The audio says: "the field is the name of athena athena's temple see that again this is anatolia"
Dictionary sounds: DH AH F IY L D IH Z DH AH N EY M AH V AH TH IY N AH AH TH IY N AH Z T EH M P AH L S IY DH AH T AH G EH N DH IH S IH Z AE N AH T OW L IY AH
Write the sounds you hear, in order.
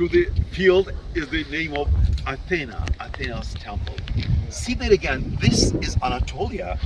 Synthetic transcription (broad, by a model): DH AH F IY L D IH Z DH AH N EY M AH V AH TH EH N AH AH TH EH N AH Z T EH M P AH L S IY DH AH T AH G EH N DH IH S IH Z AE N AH T OW L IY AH